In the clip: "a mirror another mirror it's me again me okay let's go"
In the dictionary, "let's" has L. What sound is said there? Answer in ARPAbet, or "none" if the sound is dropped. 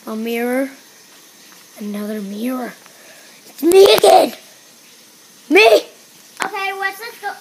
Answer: W